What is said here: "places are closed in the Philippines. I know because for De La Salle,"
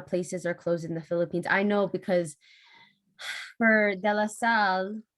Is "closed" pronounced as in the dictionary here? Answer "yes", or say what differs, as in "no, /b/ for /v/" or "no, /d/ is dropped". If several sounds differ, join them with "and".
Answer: yes